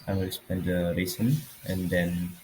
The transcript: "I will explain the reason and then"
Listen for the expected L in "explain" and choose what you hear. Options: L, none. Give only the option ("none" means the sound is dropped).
none